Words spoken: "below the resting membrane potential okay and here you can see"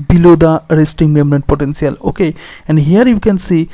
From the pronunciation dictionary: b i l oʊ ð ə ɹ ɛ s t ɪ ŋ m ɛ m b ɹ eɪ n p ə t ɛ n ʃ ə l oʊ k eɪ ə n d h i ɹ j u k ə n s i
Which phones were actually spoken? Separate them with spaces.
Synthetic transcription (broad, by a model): b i l oʊ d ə ɹ ɛ s t ɪ ŋ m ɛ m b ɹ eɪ n p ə t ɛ n s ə l oʊ k eɪ ə n d h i ɹ j u k ə n s i